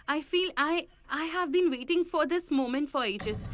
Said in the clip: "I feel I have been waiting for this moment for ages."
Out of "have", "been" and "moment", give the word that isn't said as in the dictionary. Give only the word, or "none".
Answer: none